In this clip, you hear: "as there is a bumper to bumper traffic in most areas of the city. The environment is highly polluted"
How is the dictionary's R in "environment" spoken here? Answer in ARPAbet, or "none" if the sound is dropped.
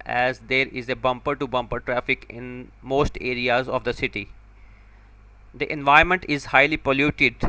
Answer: none